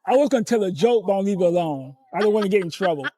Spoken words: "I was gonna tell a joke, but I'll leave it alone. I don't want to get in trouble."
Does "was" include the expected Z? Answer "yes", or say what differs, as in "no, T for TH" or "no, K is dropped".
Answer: yes